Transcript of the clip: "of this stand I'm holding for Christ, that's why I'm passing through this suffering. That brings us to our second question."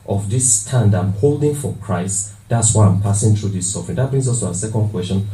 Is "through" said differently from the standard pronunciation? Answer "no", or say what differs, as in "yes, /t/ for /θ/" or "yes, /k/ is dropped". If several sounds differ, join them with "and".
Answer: yes, /t/ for /θ/